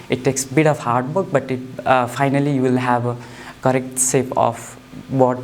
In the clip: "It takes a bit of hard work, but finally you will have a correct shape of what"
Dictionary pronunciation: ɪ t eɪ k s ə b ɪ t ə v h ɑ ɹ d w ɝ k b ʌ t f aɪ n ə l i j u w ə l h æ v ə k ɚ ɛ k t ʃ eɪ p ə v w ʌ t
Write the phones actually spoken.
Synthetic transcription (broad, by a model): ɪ t eɪ k s b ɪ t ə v h ɑ ɹ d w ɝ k b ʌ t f aɪ n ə l i j u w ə l h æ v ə k ɚ ɛ k t s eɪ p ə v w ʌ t